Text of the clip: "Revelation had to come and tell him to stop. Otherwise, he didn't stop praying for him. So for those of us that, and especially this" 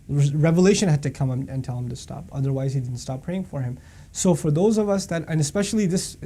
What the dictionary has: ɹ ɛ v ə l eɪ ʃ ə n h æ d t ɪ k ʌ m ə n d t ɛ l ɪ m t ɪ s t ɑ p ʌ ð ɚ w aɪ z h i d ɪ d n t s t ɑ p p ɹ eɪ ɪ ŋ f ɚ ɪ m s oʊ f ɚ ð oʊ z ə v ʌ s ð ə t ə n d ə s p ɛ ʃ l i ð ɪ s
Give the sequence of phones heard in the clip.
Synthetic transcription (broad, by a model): ɹ ɛ v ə l eɪ ʃ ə n h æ d t ɪ k ʌ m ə n t ɛ l ɪ m t ɪ s t ɑ p ʌ ð ɚ w aɪ z h i d ɪ d n t s t ɑ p p ɹ eɪ ɪ ŋ f ɚ ɪ m s oʊ f ɚ ð oʊ z ə v ʌ s ð ə t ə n ə s p ɛ ʃ l i ð ɪ s